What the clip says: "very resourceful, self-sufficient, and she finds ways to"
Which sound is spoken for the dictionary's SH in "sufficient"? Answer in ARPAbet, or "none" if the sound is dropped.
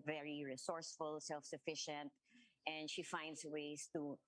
SH